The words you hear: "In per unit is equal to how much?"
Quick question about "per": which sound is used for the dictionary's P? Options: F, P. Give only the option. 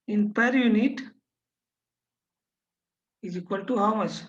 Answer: P